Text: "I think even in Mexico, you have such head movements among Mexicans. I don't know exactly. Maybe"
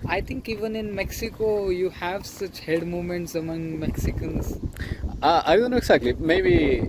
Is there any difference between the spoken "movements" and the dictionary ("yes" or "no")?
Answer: yes